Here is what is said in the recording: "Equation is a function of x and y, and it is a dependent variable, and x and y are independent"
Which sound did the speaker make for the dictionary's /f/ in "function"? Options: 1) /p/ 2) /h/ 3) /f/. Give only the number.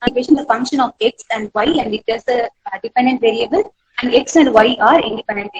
3